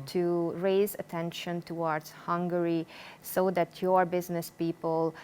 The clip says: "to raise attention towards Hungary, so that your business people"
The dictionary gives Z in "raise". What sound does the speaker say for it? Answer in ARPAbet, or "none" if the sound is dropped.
Z